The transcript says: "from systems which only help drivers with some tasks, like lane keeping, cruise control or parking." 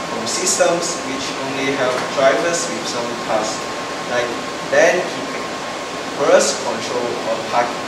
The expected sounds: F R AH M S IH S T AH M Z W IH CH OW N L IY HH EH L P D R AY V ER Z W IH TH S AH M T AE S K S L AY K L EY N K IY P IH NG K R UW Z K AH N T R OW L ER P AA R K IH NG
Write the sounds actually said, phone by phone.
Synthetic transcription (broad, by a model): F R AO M S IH S T AH M S W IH CH OW N L IY HH EH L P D R AY V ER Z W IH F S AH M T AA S S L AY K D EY N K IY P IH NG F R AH S K AH N T R OW L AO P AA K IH